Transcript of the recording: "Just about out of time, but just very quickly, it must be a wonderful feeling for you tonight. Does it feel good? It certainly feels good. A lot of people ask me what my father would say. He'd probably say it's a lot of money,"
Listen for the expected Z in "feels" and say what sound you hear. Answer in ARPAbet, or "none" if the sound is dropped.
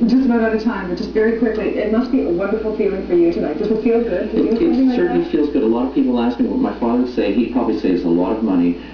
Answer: Z